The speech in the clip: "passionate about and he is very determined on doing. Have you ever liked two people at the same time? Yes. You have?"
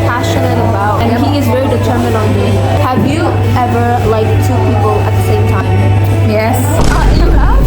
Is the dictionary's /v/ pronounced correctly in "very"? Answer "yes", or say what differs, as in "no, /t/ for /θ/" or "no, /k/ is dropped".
yes